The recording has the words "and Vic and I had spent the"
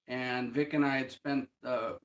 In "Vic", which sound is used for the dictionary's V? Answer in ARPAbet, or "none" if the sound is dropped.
V